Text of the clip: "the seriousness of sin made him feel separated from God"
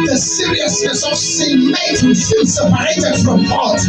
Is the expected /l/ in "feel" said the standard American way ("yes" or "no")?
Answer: no